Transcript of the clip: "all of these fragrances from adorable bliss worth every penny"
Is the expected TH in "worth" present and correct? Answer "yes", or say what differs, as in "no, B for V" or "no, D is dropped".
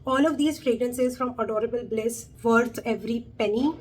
no, T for TH